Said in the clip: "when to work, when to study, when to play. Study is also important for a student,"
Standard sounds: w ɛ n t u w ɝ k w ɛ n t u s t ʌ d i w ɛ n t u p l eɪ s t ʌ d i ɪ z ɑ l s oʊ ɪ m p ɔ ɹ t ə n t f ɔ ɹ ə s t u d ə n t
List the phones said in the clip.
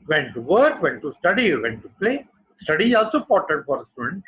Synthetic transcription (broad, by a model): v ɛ n t u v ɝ k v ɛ n t u s t ʌ d i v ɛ n t u p l eɪ s t ʌ d i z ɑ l s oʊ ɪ p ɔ ɹ t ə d f ɔ ɹ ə s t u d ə n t